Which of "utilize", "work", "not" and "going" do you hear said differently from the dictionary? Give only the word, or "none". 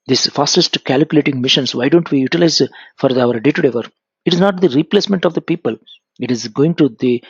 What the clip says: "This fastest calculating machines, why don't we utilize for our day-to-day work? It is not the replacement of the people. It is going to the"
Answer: work